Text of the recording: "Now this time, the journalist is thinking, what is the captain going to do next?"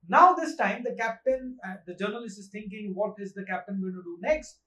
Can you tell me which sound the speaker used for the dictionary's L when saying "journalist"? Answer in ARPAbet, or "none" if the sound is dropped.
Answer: L